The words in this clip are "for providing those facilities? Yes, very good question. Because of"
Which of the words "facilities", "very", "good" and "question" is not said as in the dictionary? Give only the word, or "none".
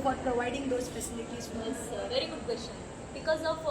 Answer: facilities